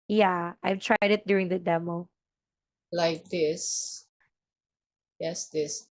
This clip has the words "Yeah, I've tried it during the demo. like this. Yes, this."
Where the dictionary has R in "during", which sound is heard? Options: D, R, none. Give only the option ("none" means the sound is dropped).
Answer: R